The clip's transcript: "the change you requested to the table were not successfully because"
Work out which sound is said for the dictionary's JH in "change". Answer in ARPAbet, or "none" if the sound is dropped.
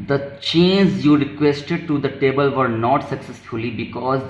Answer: Z